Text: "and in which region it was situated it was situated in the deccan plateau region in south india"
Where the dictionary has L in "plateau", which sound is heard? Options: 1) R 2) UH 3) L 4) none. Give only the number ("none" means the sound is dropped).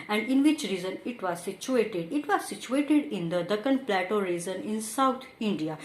3